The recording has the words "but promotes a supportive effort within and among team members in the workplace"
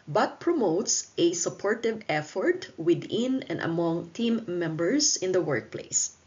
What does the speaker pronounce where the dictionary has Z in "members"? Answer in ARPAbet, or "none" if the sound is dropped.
S